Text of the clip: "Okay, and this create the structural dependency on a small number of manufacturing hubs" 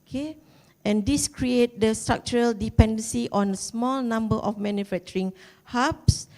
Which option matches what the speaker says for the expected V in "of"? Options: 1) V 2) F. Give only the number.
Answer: 2